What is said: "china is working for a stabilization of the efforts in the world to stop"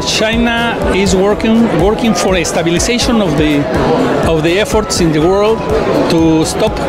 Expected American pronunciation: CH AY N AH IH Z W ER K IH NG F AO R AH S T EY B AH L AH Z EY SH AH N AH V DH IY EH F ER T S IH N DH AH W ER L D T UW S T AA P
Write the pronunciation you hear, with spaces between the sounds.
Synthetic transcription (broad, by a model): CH AY N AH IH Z W ER K IH NG F AO R AH S T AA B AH L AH S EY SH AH N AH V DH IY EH F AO T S IH N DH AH W ER L D T UW S T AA P